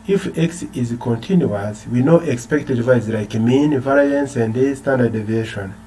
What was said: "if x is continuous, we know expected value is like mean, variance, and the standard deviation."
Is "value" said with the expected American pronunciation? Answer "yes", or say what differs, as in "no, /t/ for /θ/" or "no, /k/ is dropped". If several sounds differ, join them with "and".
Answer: no, /l/ is dropped